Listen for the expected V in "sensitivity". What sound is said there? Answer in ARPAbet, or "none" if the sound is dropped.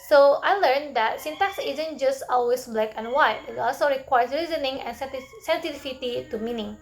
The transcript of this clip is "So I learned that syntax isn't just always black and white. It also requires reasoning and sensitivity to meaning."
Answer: F